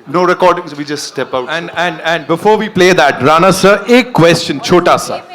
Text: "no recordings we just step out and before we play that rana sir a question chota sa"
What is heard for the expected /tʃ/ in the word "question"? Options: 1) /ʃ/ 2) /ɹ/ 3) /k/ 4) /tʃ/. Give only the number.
4